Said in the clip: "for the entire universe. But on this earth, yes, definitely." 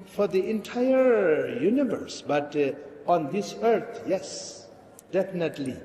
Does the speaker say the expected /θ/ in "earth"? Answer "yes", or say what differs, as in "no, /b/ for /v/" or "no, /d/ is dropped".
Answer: no, /t/ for /θ/